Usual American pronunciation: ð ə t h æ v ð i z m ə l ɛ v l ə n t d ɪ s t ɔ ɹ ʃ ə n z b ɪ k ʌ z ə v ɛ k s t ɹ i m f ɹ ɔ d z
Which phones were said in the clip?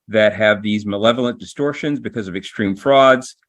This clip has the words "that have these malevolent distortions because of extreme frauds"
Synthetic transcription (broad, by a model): ð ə t h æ v ð i z m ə l ɛ v l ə n d ɪ s t ɔ ɹ ʃ ə n z b ɪ k ʌ z ə v ɛ k s t ɹ i m f ɹ ɔ d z